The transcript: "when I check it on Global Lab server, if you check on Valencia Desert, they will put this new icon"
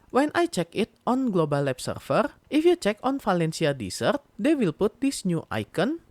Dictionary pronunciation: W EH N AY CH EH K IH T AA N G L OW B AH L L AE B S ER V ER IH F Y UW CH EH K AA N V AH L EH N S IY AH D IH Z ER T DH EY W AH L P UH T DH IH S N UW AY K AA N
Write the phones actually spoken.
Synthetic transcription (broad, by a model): W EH N AY CH EH K IH T AA N G L OW B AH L L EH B S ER F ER IH F Y UW CH EH K AA N F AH L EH N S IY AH D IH S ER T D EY W AH L P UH T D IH S N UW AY K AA N